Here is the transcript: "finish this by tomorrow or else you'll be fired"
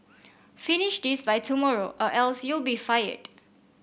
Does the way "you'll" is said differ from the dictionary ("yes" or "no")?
no